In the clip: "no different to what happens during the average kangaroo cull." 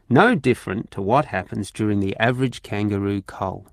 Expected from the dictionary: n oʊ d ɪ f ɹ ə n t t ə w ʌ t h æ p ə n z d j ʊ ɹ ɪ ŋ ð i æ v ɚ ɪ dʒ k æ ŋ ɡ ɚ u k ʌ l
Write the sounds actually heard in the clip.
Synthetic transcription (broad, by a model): n oʊ d ɪ f ɹ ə n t t ə w ʌ t h æ p ə n z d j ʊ ɹ ɪ ŋ ð i æ v ɚ ɪ dʒ k æ ŋ ɡ ɚ u k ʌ l